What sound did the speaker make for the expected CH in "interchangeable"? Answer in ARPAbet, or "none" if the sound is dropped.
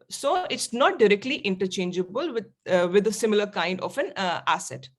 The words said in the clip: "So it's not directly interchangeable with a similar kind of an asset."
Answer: CH